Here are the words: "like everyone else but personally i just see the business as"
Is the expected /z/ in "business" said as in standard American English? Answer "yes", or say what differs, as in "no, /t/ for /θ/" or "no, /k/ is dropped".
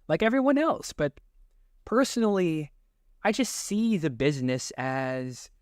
yes